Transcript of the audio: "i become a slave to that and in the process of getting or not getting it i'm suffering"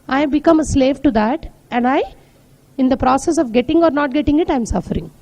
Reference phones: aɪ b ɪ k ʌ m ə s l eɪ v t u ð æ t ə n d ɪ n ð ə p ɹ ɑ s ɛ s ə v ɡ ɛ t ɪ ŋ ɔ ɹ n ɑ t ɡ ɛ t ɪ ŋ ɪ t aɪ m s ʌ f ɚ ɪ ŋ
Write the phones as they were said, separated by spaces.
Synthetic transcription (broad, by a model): aɪ b ɪ k ʌ m ə s l eɪ v t u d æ t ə n d ɪ n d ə p ɹ ɑ s ɛ s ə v ɡ ɛ t ɪ ŋ ɔ ɹ n ɑ t ɡ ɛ t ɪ ŋ ɪ t aɪ m s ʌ f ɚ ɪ ŋ